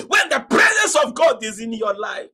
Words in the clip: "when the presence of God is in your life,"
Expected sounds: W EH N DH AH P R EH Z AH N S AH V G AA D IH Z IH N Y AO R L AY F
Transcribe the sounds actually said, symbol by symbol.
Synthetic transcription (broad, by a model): W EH N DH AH P R EH Z AH N S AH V G AA D IH Z IH N Y AO L AY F